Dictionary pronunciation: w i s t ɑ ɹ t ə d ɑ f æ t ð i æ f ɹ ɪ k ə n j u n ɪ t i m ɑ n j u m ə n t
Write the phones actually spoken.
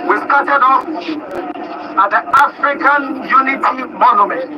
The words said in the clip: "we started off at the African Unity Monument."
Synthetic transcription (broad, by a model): w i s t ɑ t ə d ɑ p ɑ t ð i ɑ f ɹ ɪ k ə n j u n ɪ t i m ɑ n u m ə n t